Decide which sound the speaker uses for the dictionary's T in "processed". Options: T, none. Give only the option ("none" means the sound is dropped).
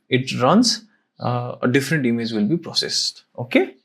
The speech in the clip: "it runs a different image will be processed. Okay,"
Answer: T